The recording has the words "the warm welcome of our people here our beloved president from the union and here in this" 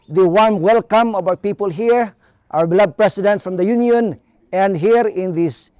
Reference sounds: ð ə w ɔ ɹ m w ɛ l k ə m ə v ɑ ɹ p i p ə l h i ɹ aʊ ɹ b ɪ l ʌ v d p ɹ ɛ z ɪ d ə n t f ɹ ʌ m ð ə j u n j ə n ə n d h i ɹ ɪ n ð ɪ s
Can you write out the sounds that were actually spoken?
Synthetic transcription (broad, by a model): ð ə w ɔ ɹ m w ɛ l k ə m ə b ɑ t p i p ə l h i ɹ aʊ ɹ b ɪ l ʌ d p ɹ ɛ s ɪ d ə n t f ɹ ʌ m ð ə j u n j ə n ə n d h i ɹ ɪ n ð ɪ s